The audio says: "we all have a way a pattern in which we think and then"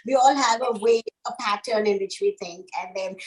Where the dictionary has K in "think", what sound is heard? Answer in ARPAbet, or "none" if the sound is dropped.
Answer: K